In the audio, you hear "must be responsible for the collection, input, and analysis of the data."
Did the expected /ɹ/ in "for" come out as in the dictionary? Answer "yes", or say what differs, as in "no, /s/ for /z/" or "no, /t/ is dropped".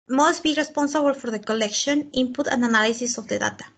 yes